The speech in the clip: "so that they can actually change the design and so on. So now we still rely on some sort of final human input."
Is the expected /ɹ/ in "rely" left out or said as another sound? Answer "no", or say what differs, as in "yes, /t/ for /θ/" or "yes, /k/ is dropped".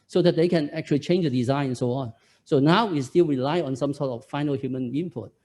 no